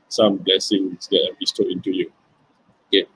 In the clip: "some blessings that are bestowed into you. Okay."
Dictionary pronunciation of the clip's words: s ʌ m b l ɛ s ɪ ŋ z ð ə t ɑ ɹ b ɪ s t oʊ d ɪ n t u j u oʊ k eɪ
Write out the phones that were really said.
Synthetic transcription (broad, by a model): s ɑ m b l ɛ s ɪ ŋ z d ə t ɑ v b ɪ s t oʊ ɪ n t u j u oʊ k eɪ